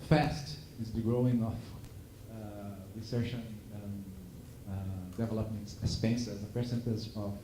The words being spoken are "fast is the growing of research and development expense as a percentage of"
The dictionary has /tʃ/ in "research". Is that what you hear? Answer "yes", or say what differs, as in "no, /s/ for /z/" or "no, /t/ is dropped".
no, /ʃ/ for /tʃ/